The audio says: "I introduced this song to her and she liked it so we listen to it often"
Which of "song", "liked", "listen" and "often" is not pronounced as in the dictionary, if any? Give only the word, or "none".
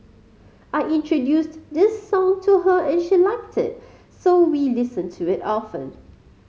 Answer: none